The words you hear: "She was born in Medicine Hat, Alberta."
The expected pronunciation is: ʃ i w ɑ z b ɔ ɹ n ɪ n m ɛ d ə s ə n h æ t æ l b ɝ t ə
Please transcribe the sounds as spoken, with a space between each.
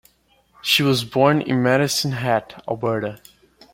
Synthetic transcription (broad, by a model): ʃ i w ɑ z b ɔ ɹ n ɪ n m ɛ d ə s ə n h æ t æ b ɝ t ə